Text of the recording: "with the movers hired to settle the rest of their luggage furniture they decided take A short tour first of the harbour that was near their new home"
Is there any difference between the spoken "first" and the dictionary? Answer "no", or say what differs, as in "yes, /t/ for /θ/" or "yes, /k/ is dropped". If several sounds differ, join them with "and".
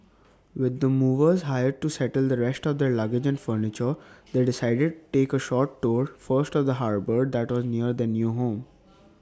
no